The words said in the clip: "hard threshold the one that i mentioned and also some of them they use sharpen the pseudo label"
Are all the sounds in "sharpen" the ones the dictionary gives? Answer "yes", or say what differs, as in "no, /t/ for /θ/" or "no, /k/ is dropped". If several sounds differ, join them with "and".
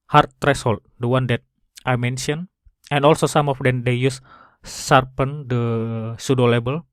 no, /s/ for /ʃ/